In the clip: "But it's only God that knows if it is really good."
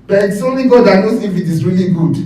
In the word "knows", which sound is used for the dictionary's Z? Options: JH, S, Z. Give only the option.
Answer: S